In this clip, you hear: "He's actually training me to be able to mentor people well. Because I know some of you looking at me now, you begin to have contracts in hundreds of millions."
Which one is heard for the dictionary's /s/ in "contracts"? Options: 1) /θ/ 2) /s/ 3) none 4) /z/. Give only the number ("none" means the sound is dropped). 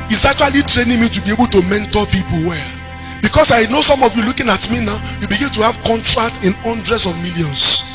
3